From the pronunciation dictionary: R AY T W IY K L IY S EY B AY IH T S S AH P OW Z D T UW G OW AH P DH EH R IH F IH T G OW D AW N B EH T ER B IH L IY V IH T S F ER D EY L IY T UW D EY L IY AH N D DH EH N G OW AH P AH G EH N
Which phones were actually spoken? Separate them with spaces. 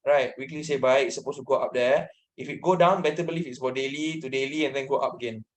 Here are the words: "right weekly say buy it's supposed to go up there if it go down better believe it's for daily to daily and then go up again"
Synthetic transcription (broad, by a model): R AY T W IY K L IY S EY B AY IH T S S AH P OW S T UW G OW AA P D EH IH F IH T G OW D AW N B EH T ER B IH L IY F IH T S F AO D EY L IY T UW D EY L IY AH N D EH N G OW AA P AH G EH N